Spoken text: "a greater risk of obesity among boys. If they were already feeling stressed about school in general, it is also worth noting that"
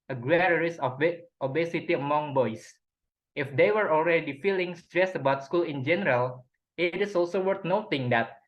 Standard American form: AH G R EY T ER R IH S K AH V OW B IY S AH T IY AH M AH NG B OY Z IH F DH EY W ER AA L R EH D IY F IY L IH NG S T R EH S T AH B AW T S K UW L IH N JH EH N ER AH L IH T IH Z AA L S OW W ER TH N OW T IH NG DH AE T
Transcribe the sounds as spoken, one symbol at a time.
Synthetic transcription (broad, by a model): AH G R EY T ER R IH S AH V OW B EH S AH T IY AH M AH NG B OY S IH F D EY W ER AA L R EH D IY F IY L IH NG S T R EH S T AH B AW T S K UW L IH N JH EH N ER AH L IH T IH S AA L S OW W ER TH N OW T IH NG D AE T